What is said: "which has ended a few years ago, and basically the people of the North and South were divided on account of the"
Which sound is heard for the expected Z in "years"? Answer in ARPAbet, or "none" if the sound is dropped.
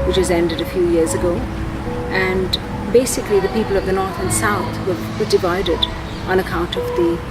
Z